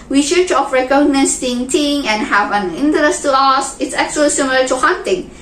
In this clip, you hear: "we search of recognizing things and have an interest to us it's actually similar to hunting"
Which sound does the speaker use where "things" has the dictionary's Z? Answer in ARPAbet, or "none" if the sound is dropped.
none